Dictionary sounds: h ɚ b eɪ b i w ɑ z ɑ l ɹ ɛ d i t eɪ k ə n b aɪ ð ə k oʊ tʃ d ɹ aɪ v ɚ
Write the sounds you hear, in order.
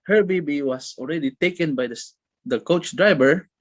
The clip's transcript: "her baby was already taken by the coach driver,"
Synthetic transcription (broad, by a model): h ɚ b eɪ b i w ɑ s ɑ l ɹ ɛ d i t eɪ k ə n b aɪ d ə k oʊ tʃ d ɹ aɪ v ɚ